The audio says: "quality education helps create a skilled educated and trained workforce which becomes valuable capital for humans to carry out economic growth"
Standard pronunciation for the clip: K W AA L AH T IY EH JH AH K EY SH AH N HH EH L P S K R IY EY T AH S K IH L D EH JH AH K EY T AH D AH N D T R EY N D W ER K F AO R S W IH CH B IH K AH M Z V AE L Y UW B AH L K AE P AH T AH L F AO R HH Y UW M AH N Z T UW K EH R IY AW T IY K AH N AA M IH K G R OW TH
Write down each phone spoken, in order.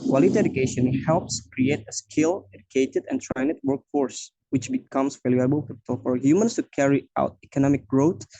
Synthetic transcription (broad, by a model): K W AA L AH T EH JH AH K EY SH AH N HH EH L P S K R IY EY T AH S K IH L EH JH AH K EY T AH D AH N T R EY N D W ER K F AO R S W IH CH B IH K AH M S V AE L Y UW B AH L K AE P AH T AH L F AO R HH Y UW M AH N S T UW K EH R IY AW T IY K AH N AA M IH K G R OW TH